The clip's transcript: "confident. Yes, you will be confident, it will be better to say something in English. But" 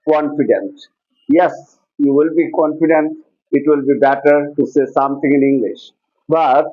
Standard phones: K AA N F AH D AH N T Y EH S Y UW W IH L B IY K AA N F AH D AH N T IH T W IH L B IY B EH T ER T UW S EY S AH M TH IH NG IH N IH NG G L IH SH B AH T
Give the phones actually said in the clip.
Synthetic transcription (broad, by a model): K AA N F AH D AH N T Y EH S Y UW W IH L B IY K AA N F AH D AH N T IH T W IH L B IY B EH T ER T UW S EY S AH M T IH NG IH N IH NG G L IH SH B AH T